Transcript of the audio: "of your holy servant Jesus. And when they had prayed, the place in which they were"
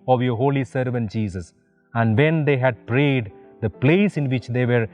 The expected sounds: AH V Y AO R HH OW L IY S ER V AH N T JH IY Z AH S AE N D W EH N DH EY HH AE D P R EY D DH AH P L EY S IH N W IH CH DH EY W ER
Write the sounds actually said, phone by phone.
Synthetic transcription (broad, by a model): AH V Y AO R HH OW L IY S ER V AH N T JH IY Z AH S AE N D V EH N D EY HH AE D P R EY D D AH P L EY S IH N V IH CH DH EY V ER